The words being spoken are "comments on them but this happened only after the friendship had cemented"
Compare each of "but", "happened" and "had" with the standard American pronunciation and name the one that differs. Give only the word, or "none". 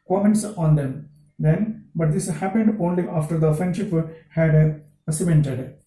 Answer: none